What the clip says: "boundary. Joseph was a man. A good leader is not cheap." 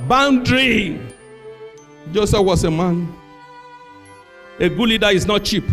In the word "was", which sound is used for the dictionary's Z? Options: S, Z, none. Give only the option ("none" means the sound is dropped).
S